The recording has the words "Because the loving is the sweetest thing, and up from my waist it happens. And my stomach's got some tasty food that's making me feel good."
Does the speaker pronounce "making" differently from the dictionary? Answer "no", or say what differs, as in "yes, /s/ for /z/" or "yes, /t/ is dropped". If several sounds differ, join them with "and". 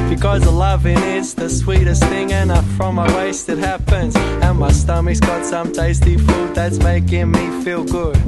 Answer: no